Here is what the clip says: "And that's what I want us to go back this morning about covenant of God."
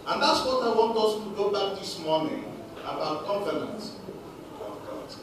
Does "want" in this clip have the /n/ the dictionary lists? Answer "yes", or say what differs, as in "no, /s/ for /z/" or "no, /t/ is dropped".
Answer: yes